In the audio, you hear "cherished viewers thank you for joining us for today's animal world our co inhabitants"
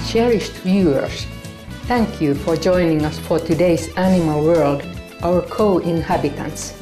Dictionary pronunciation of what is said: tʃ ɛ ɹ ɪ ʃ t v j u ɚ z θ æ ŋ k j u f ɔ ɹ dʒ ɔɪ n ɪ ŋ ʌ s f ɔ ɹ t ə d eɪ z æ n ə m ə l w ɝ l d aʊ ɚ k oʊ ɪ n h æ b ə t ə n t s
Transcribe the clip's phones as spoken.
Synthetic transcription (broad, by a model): tʃ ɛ ɹ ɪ ʃ t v j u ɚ s θ æ ŋ k j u f ɔ ɹ dʒ ɔɪ n ɪ ŋ ʌ s f ɔ ɹ t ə d eɪ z æ n ə m ə l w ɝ l d aʊ ɚ k oʊ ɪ n h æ b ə t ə n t s